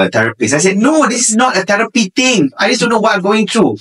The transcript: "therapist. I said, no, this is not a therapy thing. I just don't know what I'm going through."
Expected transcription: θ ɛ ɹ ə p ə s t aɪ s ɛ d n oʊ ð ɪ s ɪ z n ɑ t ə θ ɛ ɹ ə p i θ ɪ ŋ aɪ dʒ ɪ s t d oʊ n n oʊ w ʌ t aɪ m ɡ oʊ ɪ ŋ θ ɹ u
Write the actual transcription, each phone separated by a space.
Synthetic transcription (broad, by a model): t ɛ ɹ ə p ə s aɪ s ɛ d n oʊ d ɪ s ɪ s n ɑ t ə t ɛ ɹ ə p i t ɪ ŋ aɪ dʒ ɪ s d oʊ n n oʊ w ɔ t aɪ m ɡ oʊ ɪ ŋ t ɹ u